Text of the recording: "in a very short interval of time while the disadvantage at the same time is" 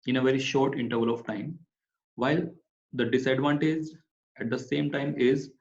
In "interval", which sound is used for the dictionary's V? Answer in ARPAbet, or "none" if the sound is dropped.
V